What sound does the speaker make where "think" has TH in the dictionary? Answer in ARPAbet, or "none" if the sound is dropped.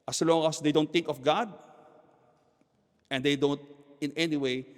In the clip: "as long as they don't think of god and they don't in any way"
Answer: T